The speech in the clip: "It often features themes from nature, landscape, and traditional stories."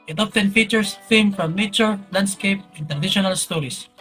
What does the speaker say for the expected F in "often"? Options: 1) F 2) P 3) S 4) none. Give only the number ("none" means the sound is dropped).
2